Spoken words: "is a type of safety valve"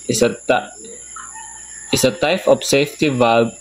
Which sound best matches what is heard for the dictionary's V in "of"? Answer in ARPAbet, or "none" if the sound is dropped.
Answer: P